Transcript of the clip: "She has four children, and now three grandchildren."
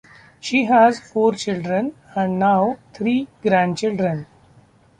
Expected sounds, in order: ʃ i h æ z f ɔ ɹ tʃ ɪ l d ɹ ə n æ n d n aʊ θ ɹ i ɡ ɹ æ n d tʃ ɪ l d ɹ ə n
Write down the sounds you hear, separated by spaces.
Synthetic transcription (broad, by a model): ʃ i h æ z f ɔ ɹ tʃ ɪ l d ɹ ə n æ n d n aʊ t ɹ i ɡ ɹ æ n d tʃ ɪ l d ɹ ə n